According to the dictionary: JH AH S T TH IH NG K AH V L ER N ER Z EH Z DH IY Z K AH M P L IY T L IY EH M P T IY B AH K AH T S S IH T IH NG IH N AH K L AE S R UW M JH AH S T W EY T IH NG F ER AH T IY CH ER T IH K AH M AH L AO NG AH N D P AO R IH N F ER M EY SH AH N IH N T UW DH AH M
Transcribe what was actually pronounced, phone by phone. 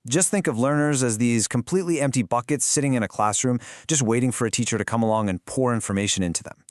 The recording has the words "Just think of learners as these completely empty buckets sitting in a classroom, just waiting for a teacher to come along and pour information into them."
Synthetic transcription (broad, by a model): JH AH S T TH IH NG K AH V L ER N ER Z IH Z DH IY Z K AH M P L IY T L IY EH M P T IY B AH K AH T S S IH T IH NG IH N AH K L AE S R UW M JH AH S T W EY T IH NG F ER AH T IY CH ER T IH K AH M AH L AO NG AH N P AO R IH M F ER M EY SH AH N IH N T UW DH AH M